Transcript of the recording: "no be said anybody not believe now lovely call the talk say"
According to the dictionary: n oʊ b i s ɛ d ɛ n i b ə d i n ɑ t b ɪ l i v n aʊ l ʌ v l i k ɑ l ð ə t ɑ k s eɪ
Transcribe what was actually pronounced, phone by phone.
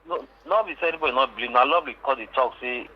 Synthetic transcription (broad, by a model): n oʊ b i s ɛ ɛ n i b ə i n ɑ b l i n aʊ l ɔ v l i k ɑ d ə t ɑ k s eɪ